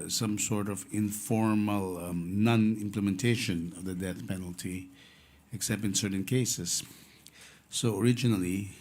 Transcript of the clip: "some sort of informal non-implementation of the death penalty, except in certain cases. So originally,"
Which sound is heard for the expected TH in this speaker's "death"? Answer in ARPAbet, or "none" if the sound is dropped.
TH